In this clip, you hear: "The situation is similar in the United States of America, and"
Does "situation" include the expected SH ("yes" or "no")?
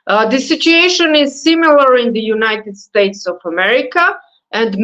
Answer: yes